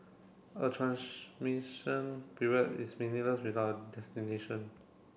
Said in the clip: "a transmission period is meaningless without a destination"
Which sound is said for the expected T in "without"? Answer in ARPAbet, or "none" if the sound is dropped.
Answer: none